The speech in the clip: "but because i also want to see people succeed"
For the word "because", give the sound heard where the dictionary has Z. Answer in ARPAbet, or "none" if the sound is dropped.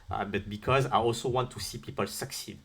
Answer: Z